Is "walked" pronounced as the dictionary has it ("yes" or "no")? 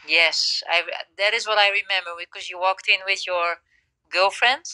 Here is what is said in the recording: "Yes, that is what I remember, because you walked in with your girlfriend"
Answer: yes